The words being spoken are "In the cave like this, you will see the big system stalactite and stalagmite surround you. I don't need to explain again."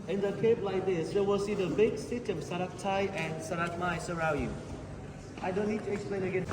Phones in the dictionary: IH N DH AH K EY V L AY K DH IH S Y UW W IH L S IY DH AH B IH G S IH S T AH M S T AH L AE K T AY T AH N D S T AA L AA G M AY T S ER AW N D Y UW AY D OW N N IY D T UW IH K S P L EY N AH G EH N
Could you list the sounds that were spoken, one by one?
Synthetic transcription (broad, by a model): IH N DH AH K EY P L AY K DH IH S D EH W IH L S IY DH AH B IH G S IH S T AH M S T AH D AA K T AY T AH N S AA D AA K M AY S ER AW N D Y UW AY D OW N N IY D T UW IH K S P L EY N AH G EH N